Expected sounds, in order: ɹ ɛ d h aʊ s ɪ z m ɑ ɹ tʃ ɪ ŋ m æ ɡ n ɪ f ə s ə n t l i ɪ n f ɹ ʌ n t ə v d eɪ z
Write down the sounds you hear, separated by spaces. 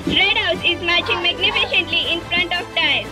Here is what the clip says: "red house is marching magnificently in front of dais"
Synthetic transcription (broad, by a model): ɹ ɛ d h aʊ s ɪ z m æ ɹ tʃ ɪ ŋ m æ ɡ n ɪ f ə ʃ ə n t l i ɪ n f ɹ ʌ n t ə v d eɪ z